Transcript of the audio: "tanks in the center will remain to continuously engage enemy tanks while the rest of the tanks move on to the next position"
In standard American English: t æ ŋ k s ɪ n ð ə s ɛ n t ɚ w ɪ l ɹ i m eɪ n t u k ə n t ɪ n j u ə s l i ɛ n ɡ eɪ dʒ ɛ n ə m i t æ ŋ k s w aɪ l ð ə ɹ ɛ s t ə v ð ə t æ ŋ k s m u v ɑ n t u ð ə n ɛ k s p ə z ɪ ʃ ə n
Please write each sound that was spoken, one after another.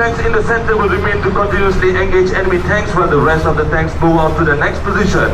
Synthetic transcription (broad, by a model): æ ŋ k s ɪ n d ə s ɛ n t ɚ w ɪ l ɹ i m eɪ n t u k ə n t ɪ n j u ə s l i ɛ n ɡ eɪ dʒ ɛ n ə m i t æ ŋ k s w aɪ l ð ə ɹ ɛ s t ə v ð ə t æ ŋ k s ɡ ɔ ɑ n t u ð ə n ɛ k s p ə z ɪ ʃ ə n